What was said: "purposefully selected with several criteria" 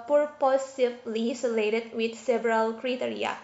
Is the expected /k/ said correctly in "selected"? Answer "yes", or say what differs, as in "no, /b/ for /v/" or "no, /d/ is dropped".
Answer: no, /k/ is dropped